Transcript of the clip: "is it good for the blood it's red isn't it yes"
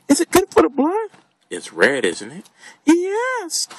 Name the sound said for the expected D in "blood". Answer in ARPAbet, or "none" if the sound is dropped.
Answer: none